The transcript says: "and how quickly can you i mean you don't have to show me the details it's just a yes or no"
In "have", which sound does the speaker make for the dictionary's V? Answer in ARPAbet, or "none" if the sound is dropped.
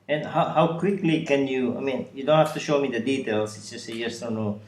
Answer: F